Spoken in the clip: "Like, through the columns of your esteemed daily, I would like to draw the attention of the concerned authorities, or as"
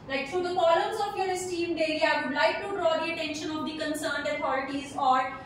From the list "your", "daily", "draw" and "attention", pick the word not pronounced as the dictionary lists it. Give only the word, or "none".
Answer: daily